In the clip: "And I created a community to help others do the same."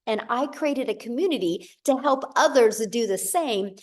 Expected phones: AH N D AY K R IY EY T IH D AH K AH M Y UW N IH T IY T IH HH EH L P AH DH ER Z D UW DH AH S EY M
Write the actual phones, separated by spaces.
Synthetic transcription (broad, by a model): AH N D AY K R IY EY T IH D AH K AH M Y UW N IH T IY T IH HH EH L P AH DH ER Z D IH DH AH S EY M